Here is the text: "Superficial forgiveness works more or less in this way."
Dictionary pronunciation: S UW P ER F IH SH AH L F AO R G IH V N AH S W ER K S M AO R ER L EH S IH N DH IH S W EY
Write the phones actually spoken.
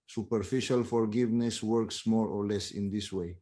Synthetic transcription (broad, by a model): S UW P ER F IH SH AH L F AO R G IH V N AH S W ER K S M AO R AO L EH S IH N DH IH S W EY